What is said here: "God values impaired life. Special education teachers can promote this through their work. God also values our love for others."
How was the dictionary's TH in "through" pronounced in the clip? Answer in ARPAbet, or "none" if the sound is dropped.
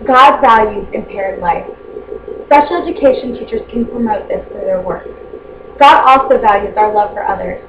F